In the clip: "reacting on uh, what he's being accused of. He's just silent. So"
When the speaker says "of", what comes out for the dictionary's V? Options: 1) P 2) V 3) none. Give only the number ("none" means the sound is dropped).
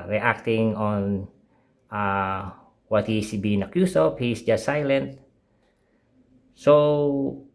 1